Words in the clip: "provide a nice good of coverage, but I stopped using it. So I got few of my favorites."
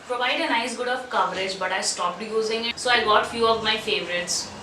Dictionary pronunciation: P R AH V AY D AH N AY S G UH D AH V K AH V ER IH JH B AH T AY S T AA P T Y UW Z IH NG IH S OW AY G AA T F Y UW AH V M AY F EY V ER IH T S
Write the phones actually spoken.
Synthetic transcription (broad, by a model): P R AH V AY D AH N AY S G UH D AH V K AH V ER IH JH B AH T AY S T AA P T Y UW Z IH NG IH S OW AY G AA T F Y UW AH V M AY F EY V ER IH T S